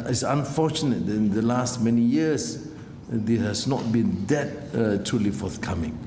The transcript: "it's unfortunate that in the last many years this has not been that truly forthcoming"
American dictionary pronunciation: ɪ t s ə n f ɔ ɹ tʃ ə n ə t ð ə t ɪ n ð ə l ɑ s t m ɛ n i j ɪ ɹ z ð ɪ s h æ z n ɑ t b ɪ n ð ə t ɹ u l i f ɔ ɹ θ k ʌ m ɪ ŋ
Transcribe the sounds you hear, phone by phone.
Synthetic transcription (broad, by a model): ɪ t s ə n f ɔ tʃ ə n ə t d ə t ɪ n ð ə l ɑ s t m ɛ n i j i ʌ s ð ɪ h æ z n ɑ t b ɪ n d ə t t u l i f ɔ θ k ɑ m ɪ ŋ